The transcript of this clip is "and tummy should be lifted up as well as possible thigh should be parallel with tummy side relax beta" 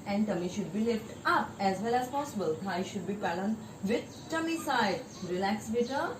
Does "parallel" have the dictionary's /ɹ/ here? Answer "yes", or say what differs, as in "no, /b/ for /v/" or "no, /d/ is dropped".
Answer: no, /l/ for /ɹ/